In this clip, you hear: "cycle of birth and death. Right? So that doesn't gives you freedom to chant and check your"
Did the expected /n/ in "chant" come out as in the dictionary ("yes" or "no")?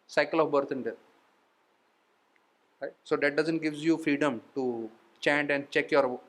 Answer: yes